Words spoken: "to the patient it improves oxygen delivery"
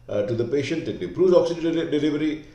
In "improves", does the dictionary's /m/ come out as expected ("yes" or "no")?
no